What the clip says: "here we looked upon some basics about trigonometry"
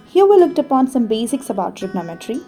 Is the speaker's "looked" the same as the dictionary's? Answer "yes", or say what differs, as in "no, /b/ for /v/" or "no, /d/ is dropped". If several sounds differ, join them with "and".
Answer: yes